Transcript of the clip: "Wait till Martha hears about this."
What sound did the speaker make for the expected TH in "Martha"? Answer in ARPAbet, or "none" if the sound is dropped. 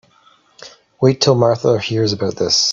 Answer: TH